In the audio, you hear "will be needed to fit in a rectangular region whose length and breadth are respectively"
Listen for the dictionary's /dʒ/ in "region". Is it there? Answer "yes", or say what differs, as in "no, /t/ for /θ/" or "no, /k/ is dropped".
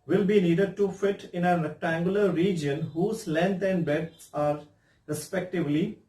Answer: yes